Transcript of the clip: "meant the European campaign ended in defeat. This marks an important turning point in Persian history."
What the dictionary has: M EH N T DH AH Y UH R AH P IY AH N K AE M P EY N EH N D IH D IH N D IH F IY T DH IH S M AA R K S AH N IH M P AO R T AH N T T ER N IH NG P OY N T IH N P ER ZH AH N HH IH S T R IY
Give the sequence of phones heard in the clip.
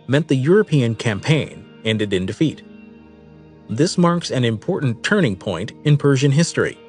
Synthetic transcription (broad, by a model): M EH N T DH AH Y UH R AH P IY AH N K AE M P EY N EH N D IH D IH N D IH F IY T DH IH S M AA R K S AH N IH M P AO R T N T T ER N IH NG P OY N T IH N P ER ZH AH N HH IH S T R IY